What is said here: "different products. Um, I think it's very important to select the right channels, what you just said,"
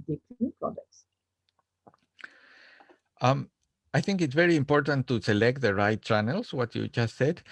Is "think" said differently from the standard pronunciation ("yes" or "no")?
no